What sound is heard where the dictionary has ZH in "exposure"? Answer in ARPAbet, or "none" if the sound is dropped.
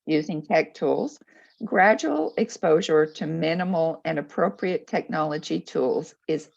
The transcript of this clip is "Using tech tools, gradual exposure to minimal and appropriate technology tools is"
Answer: ZH